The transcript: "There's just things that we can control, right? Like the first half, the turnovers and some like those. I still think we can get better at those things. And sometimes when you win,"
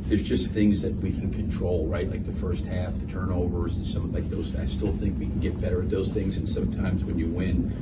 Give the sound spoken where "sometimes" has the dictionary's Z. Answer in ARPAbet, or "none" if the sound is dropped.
Z